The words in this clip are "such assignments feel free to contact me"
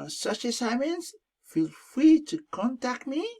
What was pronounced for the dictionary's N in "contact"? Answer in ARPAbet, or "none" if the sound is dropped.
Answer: N